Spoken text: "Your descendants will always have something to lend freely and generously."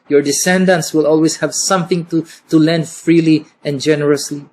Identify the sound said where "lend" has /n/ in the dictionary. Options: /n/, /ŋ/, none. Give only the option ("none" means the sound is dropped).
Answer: /n/